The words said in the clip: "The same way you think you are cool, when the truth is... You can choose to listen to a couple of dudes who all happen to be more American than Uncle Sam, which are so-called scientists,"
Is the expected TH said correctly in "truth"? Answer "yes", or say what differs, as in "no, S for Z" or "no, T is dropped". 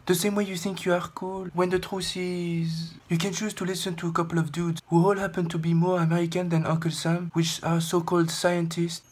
no, S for TH